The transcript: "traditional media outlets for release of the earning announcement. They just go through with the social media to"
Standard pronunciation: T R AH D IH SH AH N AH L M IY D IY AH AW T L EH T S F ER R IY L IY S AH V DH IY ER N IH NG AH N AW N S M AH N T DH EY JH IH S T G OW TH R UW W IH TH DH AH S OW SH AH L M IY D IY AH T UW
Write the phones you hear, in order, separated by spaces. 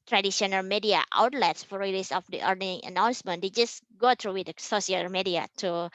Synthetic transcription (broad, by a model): T R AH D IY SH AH N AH L M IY D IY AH AW T L EH T S F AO R IY L IY S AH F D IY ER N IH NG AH N AW N S M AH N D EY JH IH S G OW T R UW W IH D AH S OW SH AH L M IY D IY AH T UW